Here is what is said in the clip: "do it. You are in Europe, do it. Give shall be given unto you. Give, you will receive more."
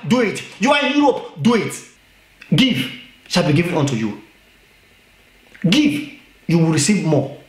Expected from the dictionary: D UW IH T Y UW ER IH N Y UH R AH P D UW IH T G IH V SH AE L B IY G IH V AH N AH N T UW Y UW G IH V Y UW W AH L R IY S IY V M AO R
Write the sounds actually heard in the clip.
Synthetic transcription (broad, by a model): D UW IH T Y UW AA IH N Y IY AH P D UW IH T G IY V SH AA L B IY G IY V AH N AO N T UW Y UW G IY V Y UW W AH L R IY S IY V M AO